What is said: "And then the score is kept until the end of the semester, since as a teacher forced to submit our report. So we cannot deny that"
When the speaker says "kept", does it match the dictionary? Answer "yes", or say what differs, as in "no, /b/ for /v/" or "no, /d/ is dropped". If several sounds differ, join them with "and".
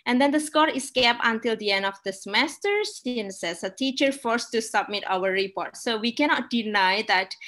no, /t/ is dropped